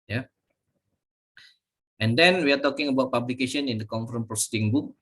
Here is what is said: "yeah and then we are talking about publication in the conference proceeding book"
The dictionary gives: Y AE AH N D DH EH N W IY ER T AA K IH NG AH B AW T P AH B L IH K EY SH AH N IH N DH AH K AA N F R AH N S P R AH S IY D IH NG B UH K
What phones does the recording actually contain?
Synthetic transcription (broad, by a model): Y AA AH N D EH N W IY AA T AA K IH NG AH B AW T P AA B L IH K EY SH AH N IH N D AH K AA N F R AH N P R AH S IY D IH NG B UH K